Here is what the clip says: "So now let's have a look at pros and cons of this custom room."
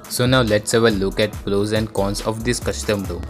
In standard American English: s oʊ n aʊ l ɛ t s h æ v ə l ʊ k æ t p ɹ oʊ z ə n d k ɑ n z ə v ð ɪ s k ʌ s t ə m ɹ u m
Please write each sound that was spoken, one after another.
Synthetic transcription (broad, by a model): s oʊ n aʊ l ɛ t s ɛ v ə l ʊ k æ t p l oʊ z ə n d k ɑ n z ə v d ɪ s k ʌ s t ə m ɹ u